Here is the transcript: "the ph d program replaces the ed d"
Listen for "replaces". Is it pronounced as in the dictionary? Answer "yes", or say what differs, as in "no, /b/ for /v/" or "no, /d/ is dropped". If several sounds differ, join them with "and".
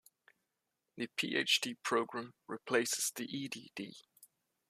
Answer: yes